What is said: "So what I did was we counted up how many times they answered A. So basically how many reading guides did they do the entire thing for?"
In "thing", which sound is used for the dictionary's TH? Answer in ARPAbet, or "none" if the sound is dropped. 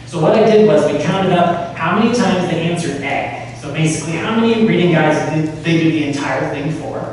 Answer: TH